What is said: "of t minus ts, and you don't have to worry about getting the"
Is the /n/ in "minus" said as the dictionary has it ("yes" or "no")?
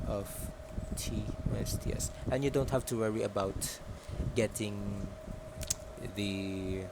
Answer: no